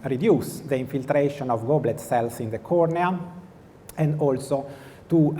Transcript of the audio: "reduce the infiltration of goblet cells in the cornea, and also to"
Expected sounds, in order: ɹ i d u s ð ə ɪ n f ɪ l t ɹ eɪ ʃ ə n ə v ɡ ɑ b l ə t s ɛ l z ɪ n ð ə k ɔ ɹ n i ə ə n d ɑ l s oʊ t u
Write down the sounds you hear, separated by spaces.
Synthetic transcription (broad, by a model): ɹ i d u s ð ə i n f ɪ l t ɹ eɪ ʃ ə n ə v ɡ ɑ b l ə t s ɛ l s ɪ n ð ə k ɔ ɹ n i ə ə n d ɑ l s oʊ t u